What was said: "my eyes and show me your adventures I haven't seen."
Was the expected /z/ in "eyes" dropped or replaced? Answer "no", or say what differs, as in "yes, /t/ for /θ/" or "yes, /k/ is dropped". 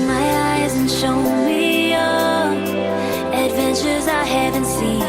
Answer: no